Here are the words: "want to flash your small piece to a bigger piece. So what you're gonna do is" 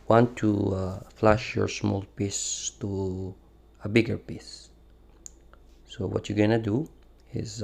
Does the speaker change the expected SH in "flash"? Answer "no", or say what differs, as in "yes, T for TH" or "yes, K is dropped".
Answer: no